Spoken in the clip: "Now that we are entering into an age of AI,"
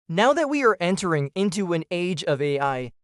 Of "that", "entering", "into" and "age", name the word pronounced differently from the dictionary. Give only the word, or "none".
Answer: none